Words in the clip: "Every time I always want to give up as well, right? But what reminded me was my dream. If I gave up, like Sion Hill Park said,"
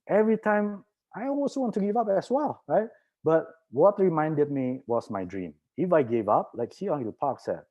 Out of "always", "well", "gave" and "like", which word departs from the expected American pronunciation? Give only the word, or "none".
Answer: always